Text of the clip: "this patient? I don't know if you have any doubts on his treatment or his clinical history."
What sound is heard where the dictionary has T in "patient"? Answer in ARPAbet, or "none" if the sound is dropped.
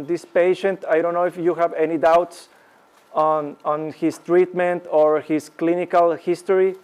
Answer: T